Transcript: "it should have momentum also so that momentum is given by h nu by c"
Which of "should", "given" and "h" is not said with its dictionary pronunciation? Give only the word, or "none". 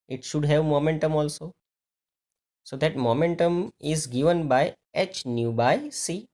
none